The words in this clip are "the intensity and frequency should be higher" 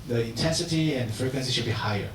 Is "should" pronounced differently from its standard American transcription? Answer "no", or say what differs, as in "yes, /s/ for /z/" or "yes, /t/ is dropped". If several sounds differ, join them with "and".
no